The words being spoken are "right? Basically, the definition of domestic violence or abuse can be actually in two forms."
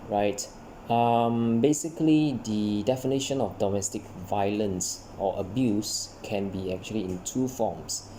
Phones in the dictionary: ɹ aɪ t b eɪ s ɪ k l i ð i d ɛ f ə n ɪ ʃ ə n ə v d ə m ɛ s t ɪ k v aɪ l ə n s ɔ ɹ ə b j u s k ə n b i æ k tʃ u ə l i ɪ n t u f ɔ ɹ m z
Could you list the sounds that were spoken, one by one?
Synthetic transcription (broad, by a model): ɹ aɪ t b eɪ s ɪ k l i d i d ɛ f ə n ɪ ʃ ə n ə f d ə m ɛ s t ɪ k v aɪ l ə n s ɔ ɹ ə b j u s k ə n b i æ k tʃ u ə l i ɪ n t u f ɔ m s